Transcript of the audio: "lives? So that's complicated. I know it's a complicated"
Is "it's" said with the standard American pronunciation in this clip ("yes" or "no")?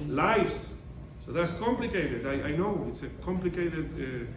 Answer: yes